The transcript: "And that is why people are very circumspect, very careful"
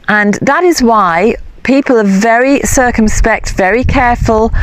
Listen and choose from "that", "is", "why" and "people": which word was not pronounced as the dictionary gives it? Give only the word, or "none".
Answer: none